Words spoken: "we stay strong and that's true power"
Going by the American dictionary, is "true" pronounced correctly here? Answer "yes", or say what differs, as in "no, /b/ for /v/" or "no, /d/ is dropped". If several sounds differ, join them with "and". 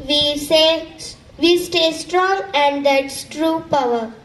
yes